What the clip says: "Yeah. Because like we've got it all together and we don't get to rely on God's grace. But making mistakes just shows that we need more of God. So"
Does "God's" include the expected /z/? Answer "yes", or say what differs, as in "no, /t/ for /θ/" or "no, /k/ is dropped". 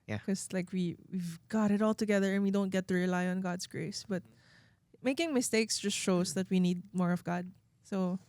no, /s/ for /z/